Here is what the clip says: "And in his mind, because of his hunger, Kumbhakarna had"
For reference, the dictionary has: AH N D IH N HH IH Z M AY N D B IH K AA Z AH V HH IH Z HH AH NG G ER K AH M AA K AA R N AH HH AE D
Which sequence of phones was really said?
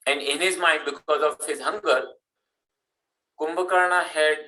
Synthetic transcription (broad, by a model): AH N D IH N HH IH Z M AY N D B IH K AA Z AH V HH IH Z HH AH NG G ER K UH M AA K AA R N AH HH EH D